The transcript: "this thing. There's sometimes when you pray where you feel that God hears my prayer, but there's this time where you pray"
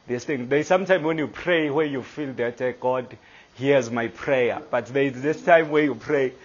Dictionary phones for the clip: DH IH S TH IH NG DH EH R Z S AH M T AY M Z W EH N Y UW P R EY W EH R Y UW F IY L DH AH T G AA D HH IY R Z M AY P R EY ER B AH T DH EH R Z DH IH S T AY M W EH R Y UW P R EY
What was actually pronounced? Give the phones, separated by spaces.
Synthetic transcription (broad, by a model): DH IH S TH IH NG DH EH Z S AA M T AY M W EH N Y UW P R EY W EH Y UW F IY L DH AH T G AA D HH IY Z M AY P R EY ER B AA T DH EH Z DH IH S T AY M W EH Y UW P R EY